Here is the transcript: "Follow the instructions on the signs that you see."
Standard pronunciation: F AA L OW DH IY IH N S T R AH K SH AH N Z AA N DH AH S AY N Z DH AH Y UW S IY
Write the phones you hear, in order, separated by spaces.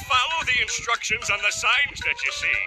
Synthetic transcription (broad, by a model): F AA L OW DH IY IH N S T R AH K SH AH N Z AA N DH AH S AY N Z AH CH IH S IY